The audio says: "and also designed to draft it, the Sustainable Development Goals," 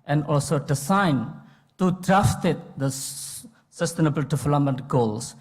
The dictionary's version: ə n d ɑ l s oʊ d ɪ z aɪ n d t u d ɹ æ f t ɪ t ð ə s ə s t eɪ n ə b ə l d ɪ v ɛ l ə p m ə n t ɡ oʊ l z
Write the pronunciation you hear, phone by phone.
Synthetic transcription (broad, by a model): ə n d ɑ l s oʊ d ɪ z aɪ n t u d ɹ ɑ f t ɪ t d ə s ə s t eɪ n ə b ə l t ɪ f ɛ l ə m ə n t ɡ oʊ l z